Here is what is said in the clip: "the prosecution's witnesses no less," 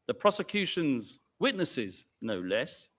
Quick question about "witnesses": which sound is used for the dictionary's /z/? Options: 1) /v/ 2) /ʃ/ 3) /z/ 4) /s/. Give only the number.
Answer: 3